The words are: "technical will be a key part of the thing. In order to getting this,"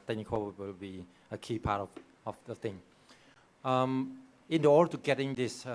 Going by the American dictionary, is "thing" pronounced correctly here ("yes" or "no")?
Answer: no